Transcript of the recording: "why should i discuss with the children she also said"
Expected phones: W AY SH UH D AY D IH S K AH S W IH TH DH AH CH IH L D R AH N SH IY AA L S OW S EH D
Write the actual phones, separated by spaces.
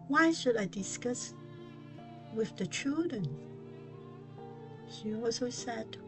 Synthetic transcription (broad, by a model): W AY SH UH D AY D IH S K AH S W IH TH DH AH CH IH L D R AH N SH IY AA S OW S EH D